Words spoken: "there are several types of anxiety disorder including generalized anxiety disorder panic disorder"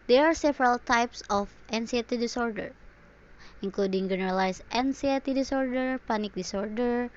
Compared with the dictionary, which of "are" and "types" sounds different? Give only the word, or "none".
none